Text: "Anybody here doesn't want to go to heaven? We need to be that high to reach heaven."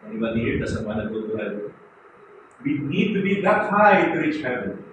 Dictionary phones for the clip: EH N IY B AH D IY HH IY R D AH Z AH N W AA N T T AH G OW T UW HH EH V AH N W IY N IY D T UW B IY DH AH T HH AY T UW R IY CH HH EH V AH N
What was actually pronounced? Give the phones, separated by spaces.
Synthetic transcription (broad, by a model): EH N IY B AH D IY HH IY R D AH S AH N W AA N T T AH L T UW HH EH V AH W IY N IY D T UW B IY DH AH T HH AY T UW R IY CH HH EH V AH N